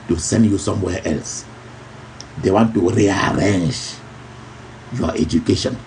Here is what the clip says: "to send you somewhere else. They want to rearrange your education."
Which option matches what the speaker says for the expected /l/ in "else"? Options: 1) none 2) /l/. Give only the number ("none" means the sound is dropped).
2